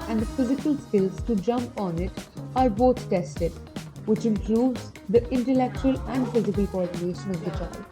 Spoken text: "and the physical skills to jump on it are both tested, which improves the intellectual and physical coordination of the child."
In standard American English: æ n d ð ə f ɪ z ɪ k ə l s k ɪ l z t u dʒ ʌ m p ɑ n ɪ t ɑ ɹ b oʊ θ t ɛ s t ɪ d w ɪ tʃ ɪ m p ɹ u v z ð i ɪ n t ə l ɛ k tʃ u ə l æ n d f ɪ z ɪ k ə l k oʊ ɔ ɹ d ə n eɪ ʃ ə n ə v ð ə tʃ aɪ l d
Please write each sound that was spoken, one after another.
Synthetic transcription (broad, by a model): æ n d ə f ɪ z ɪ k ə l s k ɪ l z t u dʒ ʌ m p ɑ n ɪ t ɑ ɹ b oʊ t t ɛ s t ɪ d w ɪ tʃ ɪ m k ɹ u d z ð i ɪ n t ə l ɛ k tʃ u ə l æ n d f ɪ z ɪ k ə l k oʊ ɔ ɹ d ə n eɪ ʃ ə n ə v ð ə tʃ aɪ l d